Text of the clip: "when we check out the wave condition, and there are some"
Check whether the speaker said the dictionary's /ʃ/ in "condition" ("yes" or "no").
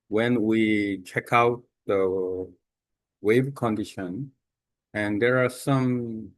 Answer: yes